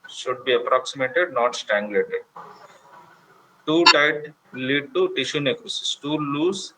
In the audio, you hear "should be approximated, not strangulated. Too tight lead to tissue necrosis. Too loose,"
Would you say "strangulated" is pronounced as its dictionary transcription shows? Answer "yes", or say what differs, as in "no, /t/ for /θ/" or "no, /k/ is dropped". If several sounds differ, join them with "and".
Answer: no, /ɹ/ is dropped